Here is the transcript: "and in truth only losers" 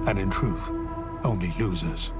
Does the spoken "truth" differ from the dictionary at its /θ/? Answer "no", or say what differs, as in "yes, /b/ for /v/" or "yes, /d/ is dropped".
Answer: no